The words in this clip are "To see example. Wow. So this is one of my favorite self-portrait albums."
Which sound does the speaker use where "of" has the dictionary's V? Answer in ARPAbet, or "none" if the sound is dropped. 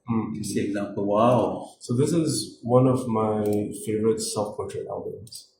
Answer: V